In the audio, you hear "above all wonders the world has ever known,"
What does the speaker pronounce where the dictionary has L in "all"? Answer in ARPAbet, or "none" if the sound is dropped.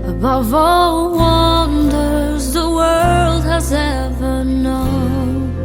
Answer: L